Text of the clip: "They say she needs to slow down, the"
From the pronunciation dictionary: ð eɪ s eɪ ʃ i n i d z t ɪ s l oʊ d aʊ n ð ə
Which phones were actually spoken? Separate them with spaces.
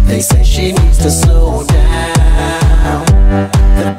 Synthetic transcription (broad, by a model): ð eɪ s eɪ ʃ i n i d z t ɪ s oʊ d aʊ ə